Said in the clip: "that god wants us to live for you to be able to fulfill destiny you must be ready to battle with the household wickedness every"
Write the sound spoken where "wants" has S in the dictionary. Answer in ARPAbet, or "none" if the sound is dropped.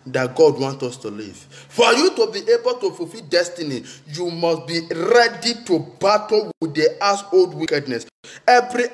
none